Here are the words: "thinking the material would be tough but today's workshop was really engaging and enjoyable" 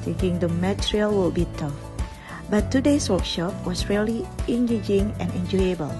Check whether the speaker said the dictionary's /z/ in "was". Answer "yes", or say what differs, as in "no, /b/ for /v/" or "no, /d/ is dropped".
no, /s/ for /z/